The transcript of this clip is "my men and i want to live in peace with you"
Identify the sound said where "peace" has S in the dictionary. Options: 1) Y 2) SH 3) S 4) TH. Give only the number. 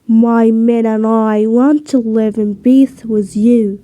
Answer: 4